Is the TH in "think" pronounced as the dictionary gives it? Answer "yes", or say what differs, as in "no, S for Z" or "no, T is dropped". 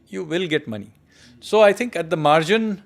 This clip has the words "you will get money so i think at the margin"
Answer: no, T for TH